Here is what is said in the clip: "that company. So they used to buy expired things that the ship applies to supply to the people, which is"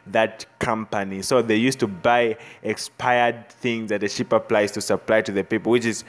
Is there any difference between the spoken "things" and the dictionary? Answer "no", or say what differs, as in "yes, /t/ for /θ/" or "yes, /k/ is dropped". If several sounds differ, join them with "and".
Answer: no